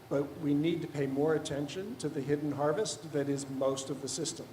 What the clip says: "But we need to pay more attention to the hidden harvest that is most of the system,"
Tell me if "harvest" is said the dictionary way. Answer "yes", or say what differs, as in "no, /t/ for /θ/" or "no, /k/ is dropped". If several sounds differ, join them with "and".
yes